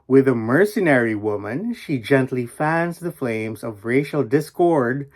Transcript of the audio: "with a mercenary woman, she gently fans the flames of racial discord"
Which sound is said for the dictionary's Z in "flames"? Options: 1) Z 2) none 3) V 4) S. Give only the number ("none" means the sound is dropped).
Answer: 1